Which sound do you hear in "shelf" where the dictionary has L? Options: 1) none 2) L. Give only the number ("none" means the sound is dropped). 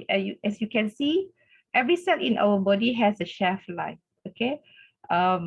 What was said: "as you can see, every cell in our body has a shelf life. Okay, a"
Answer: 1